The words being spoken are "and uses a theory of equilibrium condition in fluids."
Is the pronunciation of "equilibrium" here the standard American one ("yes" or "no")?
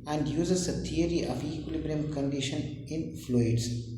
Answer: yes